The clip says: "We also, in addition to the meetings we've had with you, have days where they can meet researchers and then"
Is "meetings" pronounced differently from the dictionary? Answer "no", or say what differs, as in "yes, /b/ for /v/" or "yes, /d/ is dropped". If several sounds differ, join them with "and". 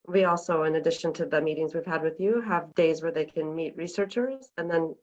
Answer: no